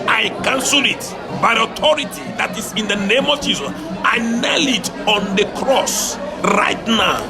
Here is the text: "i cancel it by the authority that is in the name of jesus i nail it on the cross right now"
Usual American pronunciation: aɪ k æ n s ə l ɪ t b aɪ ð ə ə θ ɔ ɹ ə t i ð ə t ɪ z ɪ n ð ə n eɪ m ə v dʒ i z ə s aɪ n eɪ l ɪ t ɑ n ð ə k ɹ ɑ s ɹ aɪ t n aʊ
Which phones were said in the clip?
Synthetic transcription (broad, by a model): aɪ k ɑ n s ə l ɪ t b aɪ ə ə t ɔ ɹ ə t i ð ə t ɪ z ɪ n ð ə n eɪ m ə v dʒ i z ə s aɪ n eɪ l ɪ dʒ ɑ n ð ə k ɹ ɑ s ɹ aɪ t n aʊ